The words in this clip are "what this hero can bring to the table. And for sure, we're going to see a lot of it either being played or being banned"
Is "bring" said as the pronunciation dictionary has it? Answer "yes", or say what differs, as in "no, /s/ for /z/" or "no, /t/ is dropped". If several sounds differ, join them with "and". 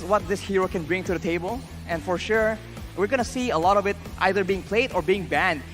yes